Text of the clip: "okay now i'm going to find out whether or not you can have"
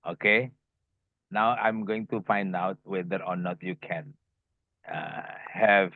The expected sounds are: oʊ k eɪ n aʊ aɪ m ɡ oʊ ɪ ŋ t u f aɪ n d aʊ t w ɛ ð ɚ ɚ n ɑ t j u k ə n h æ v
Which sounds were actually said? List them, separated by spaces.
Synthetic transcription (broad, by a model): oʊ k eɪ n aʊ aɪ m ɡ oʊ ɪ ŋ t u f aɪ n d aʊ t w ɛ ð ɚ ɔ n ɑ t j u k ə n h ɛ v